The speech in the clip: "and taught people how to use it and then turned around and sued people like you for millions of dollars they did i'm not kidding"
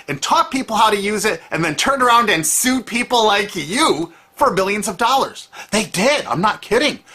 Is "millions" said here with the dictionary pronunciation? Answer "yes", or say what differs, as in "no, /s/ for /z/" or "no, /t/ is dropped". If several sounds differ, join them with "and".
yes